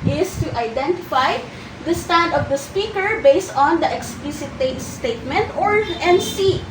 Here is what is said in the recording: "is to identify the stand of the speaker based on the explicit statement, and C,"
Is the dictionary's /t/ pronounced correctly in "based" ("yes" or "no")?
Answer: yes